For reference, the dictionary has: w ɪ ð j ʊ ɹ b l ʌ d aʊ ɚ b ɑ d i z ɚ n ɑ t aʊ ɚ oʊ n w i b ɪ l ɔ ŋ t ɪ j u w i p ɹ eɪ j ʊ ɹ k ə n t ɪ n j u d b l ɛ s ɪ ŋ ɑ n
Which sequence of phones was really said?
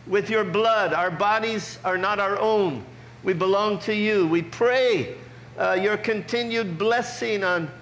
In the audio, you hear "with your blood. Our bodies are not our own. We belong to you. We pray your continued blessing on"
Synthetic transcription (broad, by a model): w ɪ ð j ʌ ɹ b l ʌ d aʊ ɚ b ɑ d i z ɚ n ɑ t aʊ ɚ oʊ n w i b ɪ l ɔ ŋ t ɪ j u w i p ɹ eɪ j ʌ ɹ k ə n t ɪ n j u d b l ɛ s ɪ ŋ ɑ n